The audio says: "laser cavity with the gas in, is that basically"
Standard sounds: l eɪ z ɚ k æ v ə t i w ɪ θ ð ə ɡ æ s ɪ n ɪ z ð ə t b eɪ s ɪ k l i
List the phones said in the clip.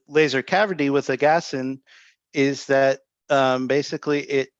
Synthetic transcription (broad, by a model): l eɪ z ɚ k æ v ə t i w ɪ ð ə ɡ æ s ɪ n ɪ z ð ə t b eɪ s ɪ k l i